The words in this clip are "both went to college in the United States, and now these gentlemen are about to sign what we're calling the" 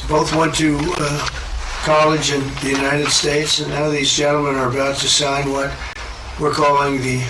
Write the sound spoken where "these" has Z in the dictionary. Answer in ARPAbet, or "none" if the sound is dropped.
Z